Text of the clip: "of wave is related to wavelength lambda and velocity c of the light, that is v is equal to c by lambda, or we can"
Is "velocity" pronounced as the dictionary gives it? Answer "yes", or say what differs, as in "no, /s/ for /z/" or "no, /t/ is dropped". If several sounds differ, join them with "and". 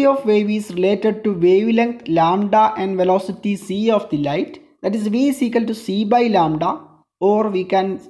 yes